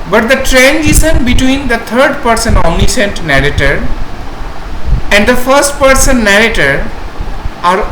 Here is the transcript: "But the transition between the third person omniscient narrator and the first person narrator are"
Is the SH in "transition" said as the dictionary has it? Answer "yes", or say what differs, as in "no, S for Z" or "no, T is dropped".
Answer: no, S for SH